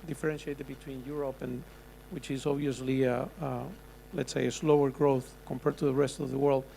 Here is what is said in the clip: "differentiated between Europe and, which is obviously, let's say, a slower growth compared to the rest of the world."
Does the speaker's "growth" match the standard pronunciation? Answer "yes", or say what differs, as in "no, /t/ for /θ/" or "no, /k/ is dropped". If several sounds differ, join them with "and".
yes